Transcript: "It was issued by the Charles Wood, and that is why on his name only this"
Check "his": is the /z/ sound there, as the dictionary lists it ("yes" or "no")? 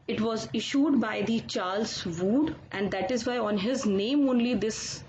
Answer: yes